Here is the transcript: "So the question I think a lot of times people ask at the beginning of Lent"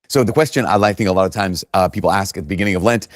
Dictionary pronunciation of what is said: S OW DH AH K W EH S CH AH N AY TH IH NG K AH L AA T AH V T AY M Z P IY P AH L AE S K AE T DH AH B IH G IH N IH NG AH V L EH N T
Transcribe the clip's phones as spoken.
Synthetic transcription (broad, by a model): S OW DH AH K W EH S CH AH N AY TH IH NG K AH L AA T AH V T AY M Z P IY P L AE S K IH T DH AH B IH G IH N IH NG AH V L EH N T